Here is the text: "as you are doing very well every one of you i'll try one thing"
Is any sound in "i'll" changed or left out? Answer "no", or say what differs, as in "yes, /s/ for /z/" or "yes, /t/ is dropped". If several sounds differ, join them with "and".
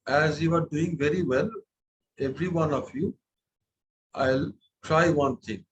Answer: no